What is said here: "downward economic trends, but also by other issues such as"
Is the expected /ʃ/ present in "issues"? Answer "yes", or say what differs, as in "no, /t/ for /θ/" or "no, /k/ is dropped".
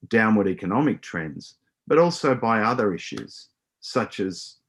yes